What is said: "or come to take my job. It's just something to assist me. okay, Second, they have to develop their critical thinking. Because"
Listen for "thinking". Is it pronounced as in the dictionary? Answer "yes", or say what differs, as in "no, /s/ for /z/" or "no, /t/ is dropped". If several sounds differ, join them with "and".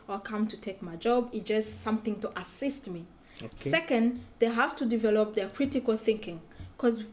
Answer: yes